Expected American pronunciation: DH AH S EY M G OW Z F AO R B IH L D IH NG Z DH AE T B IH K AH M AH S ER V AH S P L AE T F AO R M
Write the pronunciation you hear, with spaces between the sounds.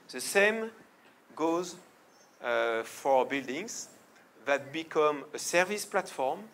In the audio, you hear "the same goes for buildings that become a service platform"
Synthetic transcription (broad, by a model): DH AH S EY M G OW Z F AO R B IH L D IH NG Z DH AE T B IH K AH M AH S ER V AH S P L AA T F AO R M